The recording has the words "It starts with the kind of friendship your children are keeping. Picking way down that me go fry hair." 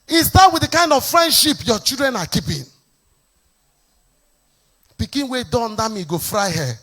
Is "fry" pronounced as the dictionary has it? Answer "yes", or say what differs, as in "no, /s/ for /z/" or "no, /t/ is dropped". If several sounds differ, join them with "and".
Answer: yes